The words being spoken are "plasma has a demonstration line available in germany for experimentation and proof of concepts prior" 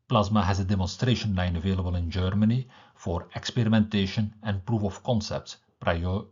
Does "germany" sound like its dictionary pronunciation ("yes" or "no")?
yes